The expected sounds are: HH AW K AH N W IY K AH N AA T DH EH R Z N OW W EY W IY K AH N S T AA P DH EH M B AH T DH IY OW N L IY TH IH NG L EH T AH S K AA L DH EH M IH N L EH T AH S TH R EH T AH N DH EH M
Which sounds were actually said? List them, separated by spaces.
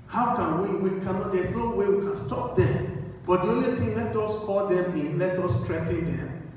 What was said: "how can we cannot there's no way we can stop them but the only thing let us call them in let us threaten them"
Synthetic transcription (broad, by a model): HH AW K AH N W IY K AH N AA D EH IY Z N OW W EY W IY K AH N S T AA P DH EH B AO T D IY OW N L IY T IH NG L EH T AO S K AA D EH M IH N L EH T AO S T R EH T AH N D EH M